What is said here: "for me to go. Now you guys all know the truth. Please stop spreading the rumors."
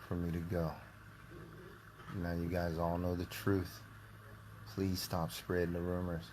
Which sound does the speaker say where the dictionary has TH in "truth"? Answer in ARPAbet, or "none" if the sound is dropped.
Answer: TH